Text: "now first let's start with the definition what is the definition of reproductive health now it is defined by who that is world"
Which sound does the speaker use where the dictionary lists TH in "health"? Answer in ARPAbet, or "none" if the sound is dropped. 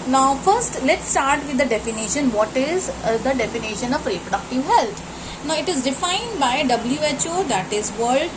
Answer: T